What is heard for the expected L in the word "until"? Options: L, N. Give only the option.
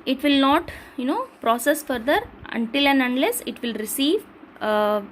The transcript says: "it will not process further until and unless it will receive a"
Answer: L